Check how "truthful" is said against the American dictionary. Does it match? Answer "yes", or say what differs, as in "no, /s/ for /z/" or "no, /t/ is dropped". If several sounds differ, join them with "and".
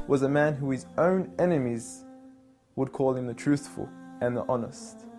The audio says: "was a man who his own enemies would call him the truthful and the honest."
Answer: yes